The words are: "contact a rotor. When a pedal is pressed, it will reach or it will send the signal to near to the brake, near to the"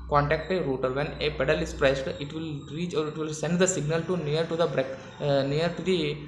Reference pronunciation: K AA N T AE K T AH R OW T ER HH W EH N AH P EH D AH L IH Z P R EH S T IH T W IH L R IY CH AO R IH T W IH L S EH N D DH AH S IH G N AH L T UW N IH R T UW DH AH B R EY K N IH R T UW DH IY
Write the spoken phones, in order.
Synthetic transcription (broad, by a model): K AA N T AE K T AH R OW T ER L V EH N AH P EH D AH L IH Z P R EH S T IH T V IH L R IY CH AO R IH T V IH L S EH N D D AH S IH G N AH L T UW N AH R T UW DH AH B R EY K N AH R T UW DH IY